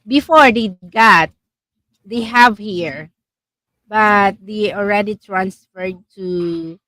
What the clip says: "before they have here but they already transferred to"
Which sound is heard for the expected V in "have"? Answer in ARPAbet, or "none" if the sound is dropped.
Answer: V